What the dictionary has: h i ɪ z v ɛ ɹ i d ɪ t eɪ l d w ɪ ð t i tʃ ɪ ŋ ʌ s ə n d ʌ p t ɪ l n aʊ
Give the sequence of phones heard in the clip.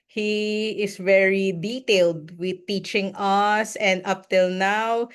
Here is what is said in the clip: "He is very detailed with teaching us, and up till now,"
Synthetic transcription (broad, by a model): h i ɪ s v ɛ ɹ i d ɪ t eɪ l d w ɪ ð t i tʃ ɪ ŋ ʌ s ə n d ʌ p t ɪ l n aʊ